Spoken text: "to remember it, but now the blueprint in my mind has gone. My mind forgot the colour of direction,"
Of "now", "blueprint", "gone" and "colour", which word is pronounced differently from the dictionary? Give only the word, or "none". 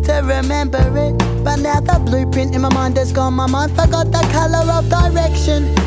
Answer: blueprint